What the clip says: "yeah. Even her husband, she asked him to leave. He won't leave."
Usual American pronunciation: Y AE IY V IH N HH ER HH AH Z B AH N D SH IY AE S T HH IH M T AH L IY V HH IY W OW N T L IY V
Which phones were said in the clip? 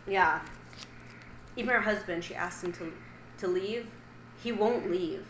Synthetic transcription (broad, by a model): Y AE IY V IH N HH ER HH AH Z B AH N D SH IY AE S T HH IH M T AH L IY V HH IY W OW N T L IY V